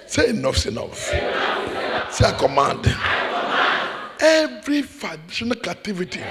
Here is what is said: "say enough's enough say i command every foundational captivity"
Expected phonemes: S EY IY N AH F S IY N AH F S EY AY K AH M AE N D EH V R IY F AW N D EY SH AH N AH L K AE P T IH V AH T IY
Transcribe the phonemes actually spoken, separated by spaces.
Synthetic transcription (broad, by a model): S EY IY N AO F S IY N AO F S EY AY K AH M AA N D EH V R IY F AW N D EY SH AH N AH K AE T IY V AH T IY